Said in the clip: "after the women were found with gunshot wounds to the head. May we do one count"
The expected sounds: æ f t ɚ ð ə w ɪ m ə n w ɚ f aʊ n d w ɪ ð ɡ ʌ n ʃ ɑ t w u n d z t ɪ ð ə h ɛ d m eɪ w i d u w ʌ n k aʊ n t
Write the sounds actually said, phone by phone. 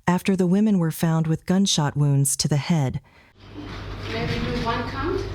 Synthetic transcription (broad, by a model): æ f t ɚ ð ə w ɪ m ə n w ɚ f aʊ n d w ɪ ð ɡ ʌ n ʃ ɑ t w u n d z t ɪ ð ə h ɛ d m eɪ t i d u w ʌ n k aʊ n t